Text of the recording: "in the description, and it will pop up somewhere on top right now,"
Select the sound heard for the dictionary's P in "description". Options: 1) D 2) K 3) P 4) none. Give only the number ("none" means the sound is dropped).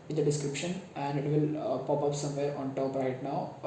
3